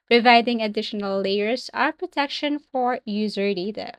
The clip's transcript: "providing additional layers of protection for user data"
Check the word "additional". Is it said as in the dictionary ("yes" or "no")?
no